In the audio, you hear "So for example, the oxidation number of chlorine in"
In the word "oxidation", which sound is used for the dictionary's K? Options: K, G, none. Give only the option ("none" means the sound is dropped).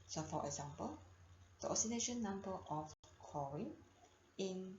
none